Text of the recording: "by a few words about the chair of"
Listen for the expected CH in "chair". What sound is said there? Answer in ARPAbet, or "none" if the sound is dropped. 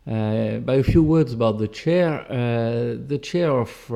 CH